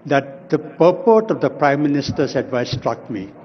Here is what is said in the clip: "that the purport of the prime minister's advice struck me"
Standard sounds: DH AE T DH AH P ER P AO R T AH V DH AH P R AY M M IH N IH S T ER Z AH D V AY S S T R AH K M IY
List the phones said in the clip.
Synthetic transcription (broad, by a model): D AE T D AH P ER P AO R T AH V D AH P R AY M M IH N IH S T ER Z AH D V AY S S T R AH K M IY